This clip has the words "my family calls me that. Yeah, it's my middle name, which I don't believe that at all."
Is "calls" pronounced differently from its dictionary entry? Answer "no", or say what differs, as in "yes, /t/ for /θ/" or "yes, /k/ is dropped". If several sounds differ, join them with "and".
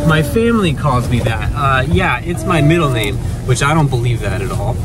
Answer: no